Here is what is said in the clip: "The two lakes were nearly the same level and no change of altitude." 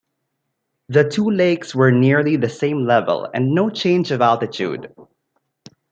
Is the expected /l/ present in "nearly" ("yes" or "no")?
yes